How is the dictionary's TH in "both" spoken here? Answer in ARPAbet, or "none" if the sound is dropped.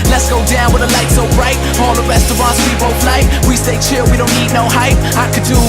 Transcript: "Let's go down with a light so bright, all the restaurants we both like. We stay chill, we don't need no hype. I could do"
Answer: F